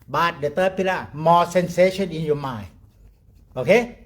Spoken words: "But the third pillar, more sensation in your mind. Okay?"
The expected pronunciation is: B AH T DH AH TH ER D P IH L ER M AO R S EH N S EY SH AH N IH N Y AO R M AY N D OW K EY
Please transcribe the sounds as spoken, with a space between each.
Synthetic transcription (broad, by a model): B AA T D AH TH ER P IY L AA M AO S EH N S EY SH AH N IH N Y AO M AY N OW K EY